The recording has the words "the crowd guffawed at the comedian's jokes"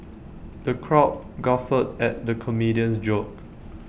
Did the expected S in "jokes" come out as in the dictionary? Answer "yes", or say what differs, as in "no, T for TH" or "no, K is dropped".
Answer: no, S is dropped